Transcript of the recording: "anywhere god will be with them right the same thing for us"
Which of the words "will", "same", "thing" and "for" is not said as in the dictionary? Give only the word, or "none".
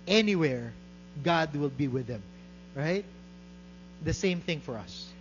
none